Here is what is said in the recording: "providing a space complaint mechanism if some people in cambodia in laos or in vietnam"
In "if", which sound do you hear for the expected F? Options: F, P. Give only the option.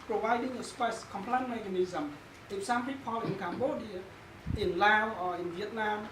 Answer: P